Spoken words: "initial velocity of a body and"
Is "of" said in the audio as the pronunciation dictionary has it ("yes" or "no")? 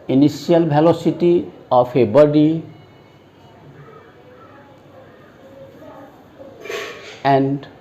no